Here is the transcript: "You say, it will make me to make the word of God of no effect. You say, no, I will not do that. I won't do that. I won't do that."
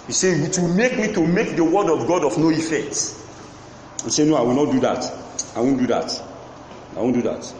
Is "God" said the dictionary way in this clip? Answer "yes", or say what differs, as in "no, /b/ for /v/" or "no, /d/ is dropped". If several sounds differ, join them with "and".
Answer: yes